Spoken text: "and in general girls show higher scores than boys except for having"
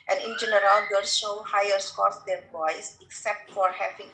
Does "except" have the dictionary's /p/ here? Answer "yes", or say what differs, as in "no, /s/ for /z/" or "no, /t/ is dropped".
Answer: yes